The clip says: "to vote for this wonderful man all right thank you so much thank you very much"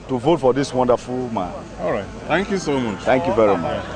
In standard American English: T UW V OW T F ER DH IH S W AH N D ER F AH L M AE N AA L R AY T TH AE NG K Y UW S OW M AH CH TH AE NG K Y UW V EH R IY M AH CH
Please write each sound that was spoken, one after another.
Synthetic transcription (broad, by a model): T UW V OW T F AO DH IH S W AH N D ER F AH L M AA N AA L R AY T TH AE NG K Y UW S OW M AH CH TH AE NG K Y UW V EH R IY M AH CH